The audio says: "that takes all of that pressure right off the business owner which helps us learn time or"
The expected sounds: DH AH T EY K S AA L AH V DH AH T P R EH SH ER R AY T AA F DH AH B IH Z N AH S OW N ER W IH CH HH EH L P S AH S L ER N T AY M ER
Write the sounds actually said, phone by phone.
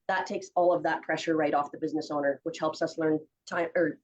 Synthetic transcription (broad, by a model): DH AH T EY K S AA L AH V DH AH T P R EH SH ER R AY T AA F DH AH B IH Z N AH S OW N ER W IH CH HH EH L P S AH S L ER N T AY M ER